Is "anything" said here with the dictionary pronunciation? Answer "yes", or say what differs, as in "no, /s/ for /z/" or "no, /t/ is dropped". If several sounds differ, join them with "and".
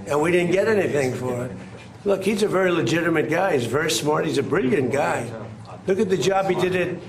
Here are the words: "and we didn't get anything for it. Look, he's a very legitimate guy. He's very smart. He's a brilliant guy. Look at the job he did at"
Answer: yes